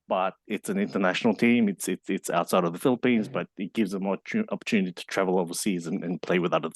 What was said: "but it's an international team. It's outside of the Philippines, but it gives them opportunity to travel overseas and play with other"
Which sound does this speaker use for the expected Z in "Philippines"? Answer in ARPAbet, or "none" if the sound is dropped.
Z